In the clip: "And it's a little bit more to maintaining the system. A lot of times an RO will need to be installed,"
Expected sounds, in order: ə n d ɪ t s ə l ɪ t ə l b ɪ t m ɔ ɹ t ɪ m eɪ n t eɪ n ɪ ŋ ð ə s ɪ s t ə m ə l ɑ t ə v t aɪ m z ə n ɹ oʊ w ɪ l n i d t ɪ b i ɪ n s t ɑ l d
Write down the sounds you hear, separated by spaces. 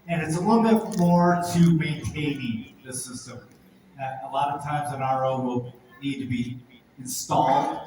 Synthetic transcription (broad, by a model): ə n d ɪ t s ə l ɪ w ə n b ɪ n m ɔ ɹ t ɪ m eɪ n t eɪ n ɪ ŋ ð ə s ɪ s t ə m ə l ɑ t ə v t aɪ m z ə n ɹ oʊ w ɪ l n i d t ɪ b i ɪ n s t ɑ l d